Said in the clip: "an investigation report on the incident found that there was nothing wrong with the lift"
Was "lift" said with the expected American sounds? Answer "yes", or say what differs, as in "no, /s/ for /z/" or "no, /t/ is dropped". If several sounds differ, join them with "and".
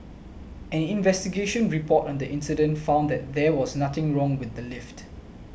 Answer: yes